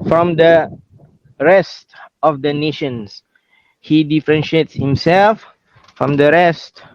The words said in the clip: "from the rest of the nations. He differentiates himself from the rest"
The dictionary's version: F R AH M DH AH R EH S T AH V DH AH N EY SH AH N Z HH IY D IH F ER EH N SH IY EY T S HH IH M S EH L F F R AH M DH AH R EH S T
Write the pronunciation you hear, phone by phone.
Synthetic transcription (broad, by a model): F R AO M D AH R EH S T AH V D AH N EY SH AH N S HH IY D IH F ER EH N SH IY EY T S HH IH M S EH L F F R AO M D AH R EH S T